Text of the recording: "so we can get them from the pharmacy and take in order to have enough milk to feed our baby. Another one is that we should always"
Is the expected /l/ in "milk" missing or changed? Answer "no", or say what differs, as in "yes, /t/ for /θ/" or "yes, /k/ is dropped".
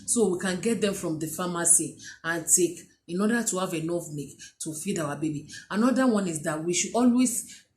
yes, /l/ is dropped